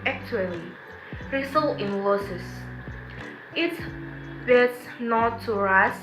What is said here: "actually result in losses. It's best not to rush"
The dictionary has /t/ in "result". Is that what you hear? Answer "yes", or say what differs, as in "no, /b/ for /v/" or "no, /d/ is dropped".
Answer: no, /t/ is dropped